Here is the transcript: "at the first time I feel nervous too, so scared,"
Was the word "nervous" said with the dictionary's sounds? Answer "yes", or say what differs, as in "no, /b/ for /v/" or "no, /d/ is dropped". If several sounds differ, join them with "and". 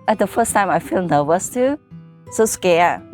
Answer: no, /w/ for /v/